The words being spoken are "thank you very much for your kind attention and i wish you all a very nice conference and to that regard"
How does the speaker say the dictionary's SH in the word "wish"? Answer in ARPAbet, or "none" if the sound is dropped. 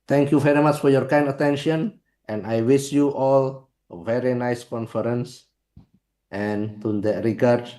S